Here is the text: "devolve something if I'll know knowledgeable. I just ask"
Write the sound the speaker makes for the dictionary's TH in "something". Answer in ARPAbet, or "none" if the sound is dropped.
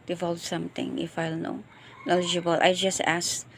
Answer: T